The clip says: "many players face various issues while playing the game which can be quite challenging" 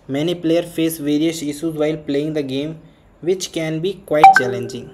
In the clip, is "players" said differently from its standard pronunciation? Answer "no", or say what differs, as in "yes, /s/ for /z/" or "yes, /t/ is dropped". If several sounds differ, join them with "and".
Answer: yes, /z/ is dropped